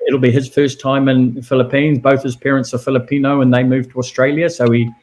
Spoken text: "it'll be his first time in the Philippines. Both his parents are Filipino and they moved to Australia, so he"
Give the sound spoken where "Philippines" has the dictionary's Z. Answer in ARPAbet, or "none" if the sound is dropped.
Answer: Z